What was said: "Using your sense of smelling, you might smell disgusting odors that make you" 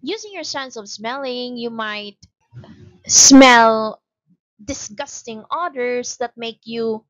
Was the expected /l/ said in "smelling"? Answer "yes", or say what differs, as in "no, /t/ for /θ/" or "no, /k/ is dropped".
yes